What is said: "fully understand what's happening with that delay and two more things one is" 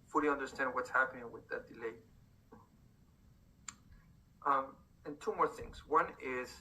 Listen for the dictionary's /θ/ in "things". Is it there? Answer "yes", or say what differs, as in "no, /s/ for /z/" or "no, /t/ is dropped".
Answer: yes